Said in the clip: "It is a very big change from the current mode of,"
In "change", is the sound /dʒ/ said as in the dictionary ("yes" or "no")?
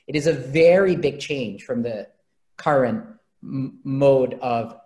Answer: no